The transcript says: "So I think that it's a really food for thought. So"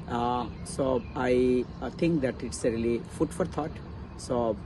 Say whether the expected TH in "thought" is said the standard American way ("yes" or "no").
no